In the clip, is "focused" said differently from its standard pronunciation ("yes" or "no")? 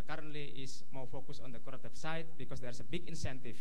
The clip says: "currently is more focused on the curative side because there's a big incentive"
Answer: yes